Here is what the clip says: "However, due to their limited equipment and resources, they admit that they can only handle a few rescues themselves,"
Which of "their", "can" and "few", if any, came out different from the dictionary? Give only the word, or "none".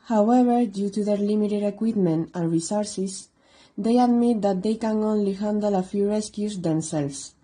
none